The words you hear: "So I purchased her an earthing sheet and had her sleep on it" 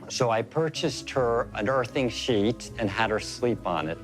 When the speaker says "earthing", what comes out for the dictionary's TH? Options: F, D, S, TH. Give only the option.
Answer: TH